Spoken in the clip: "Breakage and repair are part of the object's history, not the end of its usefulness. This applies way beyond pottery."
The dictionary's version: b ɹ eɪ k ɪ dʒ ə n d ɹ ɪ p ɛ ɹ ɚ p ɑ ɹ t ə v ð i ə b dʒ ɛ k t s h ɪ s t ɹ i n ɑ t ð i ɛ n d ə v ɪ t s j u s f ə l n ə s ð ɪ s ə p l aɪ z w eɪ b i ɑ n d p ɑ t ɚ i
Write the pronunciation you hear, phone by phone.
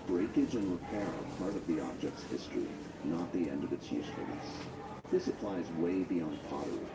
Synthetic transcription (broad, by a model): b ɹ eɪ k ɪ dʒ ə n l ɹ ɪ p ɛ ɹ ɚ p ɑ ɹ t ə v ð i ə b dʒ ɛ k t s h ɪ s t ɹ i n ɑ t ð i ɛ n d ə v ɪ t s j u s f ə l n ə s ð ɪ s ə p l aɪ z w eɪ b i ɑ n d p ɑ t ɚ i